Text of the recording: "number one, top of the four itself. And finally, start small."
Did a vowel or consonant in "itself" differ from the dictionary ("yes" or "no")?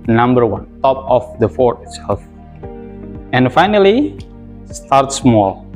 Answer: yes